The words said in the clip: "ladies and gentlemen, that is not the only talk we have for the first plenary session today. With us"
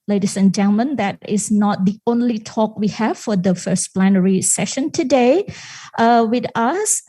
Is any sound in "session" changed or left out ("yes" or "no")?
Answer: no